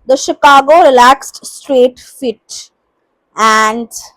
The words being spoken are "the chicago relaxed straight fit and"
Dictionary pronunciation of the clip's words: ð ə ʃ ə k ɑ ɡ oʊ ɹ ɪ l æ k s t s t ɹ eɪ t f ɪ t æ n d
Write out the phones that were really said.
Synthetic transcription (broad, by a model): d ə ʃ ə k ɑ ɡ oʊ ɹ ɪ l æ k s t s t ɹ eɪ t f ɪ t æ n d